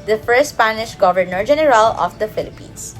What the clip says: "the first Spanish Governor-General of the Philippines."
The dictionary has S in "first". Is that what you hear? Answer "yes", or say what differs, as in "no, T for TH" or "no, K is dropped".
no, S is dropped